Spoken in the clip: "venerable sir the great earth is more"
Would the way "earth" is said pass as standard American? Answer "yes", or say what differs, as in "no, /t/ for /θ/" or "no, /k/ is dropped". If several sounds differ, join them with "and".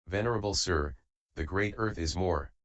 yes